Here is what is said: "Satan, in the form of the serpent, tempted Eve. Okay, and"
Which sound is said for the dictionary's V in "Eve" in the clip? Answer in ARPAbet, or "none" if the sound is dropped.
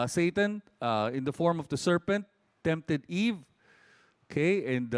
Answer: V